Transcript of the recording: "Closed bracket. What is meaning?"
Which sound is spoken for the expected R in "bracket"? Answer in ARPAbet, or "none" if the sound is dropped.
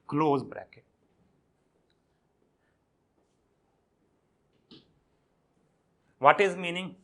R